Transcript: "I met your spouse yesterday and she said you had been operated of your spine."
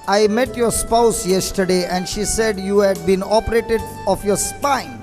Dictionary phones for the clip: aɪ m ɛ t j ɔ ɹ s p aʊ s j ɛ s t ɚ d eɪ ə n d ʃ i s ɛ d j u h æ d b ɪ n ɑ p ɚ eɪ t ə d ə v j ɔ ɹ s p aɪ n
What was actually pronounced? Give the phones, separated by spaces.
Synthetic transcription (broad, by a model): aɪ m ɛ t j ɔ ɹ s p aʊ s j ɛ s t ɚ d eɪ ə n d ʃ i s ɛ d j u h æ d b ɪ n ɑ p ɚ eɪ t ə d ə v j ɔ ɹ s p aɪ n